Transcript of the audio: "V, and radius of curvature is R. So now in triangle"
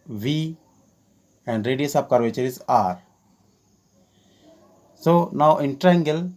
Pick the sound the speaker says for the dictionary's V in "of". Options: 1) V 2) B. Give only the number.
2